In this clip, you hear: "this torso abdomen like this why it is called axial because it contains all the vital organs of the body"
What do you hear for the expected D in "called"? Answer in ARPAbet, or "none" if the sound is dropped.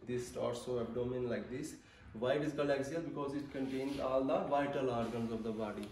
none